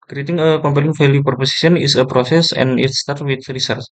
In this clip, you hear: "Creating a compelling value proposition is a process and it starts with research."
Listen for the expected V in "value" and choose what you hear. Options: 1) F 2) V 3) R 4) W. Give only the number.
1